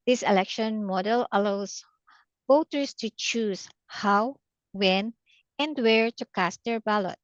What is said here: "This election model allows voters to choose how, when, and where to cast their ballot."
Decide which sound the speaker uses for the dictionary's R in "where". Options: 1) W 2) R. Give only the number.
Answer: 2